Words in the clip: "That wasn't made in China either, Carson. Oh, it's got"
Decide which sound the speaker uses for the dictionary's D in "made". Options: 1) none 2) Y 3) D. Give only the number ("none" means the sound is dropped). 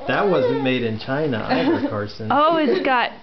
3